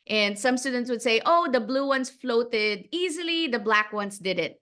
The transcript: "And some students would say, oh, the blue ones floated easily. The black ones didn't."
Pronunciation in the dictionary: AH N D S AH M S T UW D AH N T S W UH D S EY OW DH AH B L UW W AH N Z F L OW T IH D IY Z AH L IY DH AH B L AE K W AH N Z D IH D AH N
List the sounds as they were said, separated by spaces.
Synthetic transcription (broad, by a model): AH N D S AH M S T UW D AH N T S W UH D S EY OW DH AH B L UW W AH N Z F L OW T IH D IY Z AH L IY DH AH B L AE K W AH N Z D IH D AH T